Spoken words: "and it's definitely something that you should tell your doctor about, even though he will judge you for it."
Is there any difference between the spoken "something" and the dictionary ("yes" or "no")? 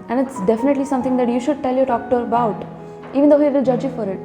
yes